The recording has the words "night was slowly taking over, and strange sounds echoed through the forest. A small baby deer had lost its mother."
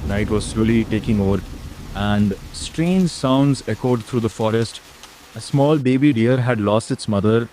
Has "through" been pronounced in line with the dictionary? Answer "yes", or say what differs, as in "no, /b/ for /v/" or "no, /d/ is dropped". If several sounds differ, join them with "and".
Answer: no, /t/ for /θ/